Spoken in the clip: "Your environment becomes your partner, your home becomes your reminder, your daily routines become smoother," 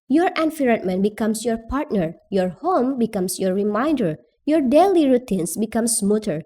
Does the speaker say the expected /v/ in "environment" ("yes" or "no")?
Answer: no